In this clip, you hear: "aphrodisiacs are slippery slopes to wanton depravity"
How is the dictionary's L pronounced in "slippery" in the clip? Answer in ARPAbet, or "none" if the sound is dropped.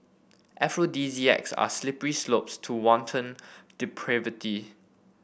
L